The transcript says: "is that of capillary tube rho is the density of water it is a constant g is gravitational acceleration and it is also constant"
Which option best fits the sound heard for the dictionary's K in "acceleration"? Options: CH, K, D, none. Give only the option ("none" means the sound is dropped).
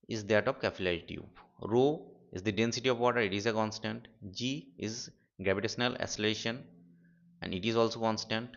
none